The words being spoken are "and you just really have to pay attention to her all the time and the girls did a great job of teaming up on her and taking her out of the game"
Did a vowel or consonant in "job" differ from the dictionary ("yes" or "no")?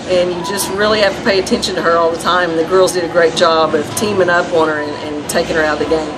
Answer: no